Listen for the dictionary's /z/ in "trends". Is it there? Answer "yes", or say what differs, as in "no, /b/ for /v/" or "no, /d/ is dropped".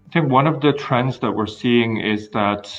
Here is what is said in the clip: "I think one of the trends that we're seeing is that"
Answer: yes